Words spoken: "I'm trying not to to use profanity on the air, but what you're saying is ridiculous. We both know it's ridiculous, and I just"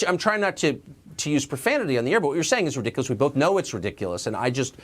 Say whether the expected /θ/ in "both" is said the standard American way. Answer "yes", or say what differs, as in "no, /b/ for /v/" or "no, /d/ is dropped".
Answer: yes